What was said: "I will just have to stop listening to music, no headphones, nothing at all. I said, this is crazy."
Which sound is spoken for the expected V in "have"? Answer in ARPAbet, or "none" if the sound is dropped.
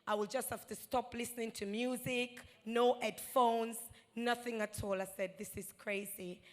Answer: F